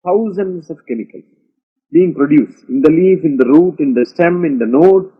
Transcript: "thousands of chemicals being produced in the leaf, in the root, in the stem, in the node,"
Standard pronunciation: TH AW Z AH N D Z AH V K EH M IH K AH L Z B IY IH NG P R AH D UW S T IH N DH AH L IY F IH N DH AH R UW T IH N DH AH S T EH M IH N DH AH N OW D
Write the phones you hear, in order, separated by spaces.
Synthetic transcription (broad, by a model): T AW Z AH N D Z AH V K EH M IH K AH L B IY IH NG P R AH D UW S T IH N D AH L IY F IH N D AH R UW T IH N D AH S T EH M IH N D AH N OW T